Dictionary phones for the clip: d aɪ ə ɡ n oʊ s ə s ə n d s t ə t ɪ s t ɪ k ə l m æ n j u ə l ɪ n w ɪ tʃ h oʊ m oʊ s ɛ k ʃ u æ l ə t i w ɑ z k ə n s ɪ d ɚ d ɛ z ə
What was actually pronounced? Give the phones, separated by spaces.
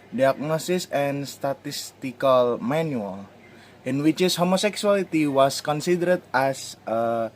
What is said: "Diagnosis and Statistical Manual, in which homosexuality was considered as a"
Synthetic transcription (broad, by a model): d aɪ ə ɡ n oʊ s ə s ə n s t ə t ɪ s t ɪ k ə l m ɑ n j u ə l ɪ n w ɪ s h oʊ m oʊ s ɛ k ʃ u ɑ l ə t i w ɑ s k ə n s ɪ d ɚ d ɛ s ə